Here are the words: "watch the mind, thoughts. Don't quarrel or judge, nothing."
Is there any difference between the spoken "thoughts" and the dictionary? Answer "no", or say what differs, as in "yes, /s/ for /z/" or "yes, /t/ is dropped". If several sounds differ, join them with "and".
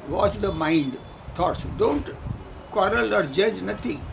yes, /t/ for /θ/